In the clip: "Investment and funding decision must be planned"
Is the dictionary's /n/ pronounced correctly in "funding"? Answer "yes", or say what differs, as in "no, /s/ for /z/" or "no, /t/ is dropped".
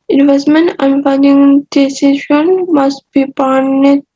no, /n/ is dropped